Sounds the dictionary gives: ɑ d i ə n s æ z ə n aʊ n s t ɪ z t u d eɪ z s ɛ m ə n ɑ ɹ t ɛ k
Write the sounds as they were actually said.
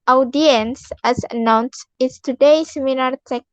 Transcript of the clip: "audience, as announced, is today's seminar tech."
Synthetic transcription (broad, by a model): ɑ d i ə n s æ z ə n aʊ n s ɪ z t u d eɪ s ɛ m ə l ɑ ɹ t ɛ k